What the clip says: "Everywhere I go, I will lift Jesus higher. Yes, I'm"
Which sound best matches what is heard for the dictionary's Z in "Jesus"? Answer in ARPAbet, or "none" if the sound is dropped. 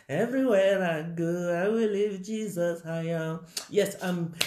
Z